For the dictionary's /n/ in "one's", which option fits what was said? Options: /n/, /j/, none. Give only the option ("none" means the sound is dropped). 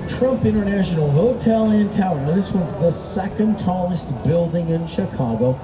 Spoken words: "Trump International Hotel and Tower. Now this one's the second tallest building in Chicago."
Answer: none